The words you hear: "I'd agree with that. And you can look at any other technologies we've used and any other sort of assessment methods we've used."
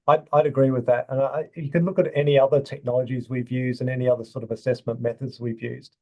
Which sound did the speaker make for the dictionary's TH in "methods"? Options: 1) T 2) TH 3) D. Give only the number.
2